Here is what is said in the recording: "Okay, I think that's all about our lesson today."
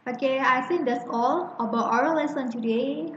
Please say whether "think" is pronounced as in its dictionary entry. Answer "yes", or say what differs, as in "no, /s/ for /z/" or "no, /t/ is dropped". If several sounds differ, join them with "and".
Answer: no, /s/ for /θ/